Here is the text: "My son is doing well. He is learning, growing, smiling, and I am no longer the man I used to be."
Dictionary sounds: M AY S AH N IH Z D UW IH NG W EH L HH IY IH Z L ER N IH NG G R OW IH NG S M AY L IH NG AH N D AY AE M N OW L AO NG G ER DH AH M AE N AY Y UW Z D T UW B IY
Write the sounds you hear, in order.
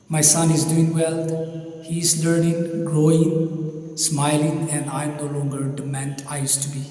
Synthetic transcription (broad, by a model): M AY S AH N IH Z D UW IH NG W EH L HH IY IH Z L ER N IH NG G R OW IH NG S M AY L IH NG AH N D AY M N OW L AO NG G ER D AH M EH N AY Y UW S T UW B IY